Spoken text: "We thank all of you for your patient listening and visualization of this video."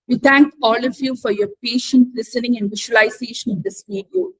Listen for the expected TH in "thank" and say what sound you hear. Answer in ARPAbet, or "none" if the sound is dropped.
T